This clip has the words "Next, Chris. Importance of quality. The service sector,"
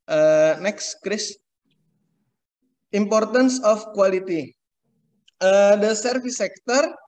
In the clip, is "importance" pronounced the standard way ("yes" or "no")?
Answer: yes